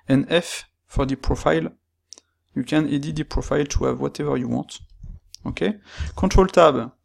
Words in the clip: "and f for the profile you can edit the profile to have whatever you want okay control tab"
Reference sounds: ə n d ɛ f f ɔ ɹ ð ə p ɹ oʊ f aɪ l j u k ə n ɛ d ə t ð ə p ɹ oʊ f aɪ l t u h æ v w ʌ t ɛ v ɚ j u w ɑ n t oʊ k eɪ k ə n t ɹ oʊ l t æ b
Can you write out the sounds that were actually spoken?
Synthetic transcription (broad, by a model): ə n ɛ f f ɔ ɹ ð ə p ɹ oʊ f aɪ l j u k ə n ɛ d ə t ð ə p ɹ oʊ f aɪ l t u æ v w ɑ t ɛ v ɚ j u w ɑ t oʊ k eɪ k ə t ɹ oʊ l t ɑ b